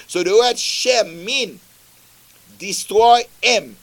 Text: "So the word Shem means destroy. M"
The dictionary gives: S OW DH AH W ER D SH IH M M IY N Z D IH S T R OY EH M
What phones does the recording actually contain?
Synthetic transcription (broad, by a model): S OW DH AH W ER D SH IH M M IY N D IH S T R OY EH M